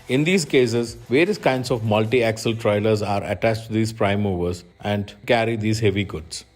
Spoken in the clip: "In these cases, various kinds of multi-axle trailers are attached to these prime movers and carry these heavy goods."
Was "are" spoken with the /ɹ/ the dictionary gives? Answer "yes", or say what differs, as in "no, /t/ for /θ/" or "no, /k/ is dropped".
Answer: yes